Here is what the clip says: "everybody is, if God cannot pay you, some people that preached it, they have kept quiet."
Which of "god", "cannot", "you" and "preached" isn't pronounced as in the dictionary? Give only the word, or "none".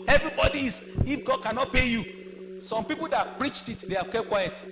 none